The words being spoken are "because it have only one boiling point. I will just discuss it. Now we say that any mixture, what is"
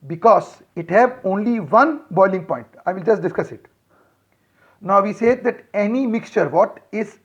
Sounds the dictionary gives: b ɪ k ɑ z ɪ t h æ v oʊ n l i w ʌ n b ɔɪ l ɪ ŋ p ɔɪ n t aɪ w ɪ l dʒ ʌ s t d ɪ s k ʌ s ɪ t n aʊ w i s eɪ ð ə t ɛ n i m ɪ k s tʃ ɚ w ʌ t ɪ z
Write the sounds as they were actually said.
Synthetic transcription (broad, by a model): b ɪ k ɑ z ɪ t h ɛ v oʊ n l i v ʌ n b ɔɪ l ɪ ŋ p ɔɪ n t aɪ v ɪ l dʒ ʌ s t d ɪ s k ʌ s ɪ t n aʊ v i s eɪ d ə t ɛ n i m ɪ k s tʃ ɚ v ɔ t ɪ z